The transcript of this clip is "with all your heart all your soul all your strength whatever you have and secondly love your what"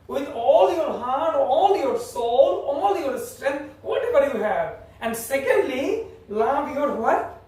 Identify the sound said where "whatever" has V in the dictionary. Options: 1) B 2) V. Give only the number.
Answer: 1